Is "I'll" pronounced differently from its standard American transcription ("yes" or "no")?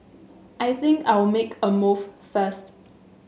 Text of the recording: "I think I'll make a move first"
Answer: yes